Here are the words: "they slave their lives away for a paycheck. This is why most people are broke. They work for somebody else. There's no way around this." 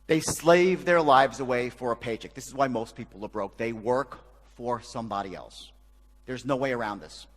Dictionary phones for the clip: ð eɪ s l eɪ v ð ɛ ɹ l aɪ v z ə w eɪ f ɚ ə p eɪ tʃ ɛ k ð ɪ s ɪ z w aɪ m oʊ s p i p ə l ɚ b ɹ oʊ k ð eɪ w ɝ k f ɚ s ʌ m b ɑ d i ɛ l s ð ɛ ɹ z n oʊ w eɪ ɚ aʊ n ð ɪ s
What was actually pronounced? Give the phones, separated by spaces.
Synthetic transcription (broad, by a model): ð eɪ s l eɪ v ð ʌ ɹ l aɪ v z ə w eɪ f ɚ ə p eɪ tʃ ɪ k ð ɪ s ɪ z w aɪ m oʊ s p i p l ɚ b ɹ oʊ k ð eɪ w ɝ k f ɚ s ʌ m b ɑ d i ɛ l s ð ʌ ɹ z n oʊ w eɪ ɚ aʊ n ð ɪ s